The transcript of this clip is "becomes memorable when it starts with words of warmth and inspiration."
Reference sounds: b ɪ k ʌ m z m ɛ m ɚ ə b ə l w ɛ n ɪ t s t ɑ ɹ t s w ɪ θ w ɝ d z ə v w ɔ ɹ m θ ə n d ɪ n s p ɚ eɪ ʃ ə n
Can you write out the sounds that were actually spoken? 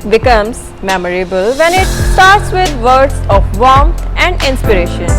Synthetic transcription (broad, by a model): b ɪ k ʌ m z m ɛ m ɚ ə b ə l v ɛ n ɪ t s t ɑ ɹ t s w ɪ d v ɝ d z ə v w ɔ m t ə n d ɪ n s p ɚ eɪ ʃ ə n